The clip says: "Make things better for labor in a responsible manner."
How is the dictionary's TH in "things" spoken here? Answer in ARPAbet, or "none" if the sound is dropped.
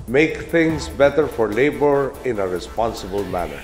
T